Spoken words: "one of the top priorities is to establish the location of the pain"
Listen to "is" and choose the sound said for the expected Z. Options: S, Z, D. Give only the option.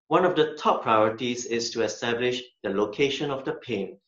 S